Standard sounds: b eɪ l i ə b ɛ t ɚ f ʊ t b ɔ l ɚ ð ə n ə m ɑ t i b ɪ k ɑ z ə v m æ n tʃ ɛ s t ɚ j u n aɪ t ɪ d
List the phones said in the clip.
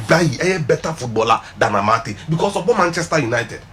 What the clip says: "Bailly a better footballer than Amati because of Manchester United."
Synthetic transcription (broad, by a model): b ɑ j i ə b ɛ t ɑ f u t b ɔ l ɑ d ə n ə m ɑ t i b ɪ k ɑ s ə b m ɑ n tʃ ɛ s t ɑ j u n aɪ t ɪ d